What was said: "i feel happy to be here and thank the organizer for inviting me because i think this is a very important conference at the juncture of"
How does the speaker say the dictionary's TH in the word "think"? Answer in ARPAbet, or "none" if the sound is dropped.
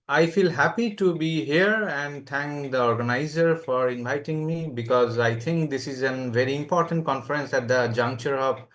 T